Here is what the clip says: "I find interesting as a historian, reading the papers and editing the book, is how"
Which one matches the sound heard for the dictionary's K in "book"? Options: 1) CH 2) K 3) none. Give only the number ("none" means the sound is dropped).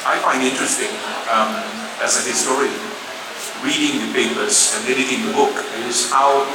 2